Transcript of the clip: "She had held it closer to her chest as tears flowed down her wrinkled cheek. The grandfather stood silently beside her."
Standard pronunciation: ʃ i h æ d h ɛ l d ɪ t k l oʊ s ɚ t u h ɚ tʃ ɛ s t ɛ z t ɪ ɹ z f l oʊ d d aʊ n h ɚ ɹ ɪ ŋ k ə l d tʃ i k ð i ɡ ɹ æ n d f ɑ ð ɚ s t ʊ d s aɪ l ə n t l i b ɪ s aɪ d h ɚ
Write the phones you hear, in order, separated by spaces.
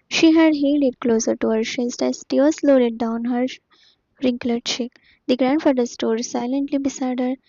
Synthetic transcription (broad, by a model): ʃ i h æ d h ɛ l d ɪ t k l oʊ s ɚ t u h ɚ ʃ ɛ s t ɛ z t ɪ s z l oʊ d d aʊ n h ɚ ɹ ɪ ŋ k l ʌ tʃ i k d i ɡ ɹ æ n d f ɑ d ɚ s t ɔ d s aɪ l ə n t l i b ɪ s aɪ d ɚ